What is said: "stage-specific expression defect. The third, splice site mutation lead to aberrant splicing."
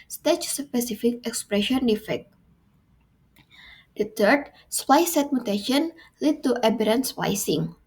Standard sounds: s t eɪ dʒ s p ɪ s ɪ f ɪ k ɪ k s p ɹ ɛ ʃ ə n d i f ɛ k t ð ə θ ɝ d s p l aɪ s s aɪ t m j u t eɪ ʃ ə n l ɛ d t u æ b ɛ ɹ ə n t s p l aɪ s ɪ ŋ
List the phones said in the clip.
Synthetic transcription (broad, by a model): s t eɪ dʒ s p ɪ s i f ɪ k ɪ k s p ɹ ɛ ʃ ə n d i f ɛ k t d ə t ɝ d s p aɪ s s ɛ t m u t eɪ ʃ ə n l ɛ d t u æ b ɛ ɹ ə n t s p aɪ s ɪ ŋ